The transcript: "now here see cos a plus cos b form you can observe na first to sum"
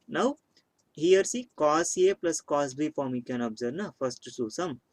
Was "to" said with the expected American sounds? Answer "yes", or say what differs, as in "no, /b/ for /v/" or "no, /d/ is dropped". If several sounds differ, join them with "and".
no, /s/ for /t/